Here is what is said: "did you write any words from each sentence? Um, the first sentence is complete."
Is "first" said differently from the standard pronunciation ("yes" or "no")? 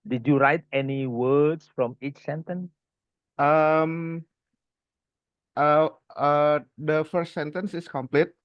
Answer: no